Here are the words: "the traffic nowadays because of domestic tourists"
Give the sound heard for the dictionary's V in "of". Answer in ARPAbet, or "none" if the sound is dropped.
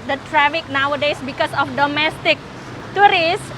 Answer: F